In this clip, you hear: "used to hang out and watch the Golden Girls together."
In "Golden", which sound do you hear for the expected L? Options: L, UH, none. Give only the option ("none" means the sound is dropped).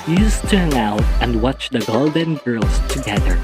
L